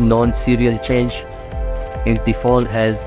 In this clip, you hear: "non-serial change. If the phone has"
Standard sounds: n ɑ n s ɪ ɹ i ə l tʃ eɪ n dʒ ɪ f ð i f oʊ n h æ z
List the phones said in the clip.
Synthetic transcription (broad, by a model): n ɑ n s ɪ ɹ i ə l tʃ eɪ n dʒ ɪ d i f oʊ l h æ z